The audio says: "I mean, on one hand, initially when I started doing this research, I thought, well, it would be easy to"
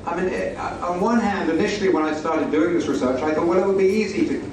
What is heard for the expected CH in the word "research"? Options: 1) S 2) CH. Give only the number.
2